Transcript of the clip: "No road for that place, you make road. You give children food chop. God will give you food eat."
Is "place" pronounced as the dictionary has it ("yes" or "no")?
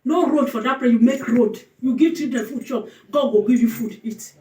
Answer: no